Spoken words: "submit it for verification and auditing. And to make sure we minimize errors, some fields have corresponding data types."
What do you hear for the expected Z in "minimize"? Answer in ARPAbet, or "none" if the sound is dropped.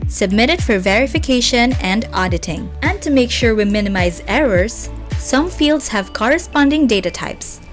Z